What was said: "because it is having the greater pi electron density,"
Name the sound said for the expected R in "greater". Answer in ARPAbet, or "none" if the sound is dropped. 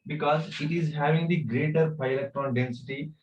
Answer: R